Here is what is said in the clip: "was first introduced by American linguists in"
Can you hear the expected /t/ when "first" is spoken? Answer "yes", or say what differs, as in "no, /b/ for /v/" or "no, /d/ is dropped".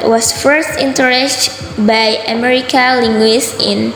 yes